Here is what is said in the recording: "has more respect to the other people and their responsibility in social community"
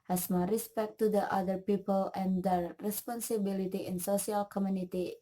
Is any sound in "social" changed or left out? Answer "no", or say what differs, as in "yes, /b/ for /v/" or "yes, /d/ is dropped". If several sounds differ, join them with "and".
yes, /s/ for /ʃ/